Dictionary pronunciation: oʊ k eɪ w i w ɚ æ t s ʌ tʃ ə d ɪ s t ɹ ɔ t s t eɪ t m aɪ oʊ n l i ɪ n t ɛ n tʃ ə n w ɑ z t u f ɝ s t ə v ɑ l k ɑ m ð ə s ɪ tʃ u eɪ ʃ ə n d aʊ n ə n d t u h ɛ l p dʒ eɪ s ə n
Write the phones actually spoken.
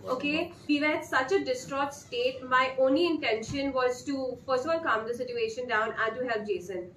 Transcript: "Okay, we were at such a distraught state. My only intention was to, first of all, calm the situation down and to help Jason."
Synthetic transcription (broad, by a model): oʊ k eɪ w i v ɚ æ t s ʌ tʃ ə d ɪ s t ɹ ɔ t s t eɪ t m aɪ oʊ n l i ɪ n t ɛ n ʃ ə n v ɑ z t u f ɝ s ə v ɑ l k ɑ m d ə s ɪ tʃ u eɪ ʃ ə n d aʊ n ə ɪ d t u h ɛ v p dʒ eɪ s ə n